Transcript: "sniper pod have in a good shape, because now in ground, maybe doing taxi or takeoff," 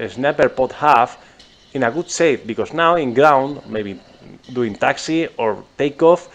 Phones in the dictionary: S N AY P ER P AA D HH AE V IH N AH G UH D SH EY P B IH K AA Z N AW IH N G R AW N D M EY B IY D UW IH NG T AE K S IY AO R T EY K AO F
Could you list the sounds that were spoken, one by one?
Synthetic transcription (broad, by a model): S N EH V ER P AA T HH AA F IH N AH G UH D S EY F B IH K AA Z N AW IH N G R AW N D M EY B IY D UW IH NG T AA K S IY AO R T EY K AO F